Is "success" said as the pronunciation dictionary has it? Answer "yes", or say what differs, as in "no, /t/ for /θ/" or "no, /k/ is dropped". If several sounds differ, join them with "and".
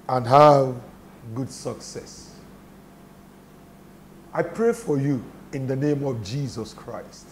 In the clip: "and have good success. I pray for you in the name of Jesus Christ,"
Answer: yes